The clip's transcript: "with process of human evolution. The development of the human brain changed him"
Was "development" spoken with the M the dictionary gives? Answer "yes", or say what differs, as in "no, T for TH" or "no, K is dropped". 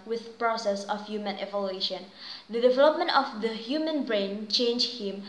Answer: yes